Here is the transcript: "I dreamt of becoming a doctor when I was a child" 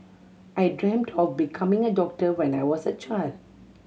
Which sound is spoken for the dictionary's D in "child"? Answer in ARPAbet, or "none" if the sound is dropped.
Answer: D